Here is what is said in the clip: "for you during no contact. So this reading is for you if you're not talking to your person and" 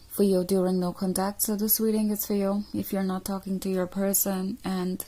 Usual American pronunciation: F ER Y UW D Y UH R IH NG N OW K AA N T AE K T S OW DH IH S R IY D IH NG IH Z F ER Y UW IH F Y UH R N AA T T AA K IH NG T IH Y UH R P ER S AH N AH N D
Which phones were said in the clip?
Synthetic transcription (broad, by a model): F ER Y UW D Y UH R IH NG N OW K AA N T AE K T S OW DH IH S W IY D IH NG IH S F ER Y UW IH F Y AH R N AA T T AA K IH NG T IH Y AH R P ER S AH N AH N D